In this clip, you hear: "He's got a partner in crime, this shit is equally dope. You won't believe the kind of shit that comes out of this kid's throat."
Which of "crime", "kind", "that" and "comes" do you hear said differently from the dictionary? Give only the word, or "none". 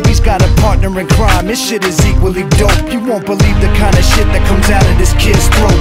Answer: none